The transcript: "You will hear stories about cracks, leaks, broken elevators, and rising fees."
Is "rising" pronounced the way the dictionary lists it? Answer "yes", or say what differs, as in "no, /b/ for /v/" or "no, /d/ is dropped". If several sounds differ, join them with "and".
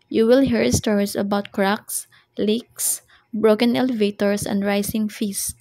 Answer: no, /s/ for /z/